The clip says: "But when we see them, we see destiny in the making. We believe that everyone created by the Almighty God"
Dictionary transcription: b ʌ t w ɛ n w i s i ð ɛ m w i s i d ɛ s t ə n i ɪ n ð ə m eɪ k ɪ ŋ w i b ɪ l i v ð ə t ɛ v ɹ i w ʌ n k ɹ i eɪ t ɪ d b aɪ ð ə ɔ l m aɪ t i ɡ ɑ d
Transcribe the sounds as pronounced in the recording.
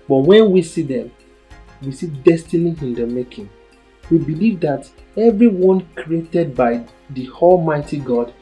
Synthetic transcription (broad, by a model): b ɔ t w ɛ n w i s i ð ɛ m w i s i d ɛ s t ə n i ɪ n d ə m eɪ k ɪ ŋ w i b ɪ l i v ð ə t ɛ v ɹ i w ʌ n k ɹ i eɪ t ɪ d b aɪ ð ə ɔ l m aɪ t i ɡ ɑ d